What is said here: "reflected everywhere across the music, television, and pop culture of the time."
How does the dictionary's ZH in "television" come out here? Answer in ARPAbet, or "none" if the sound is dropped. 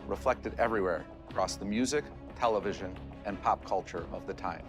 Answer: ZH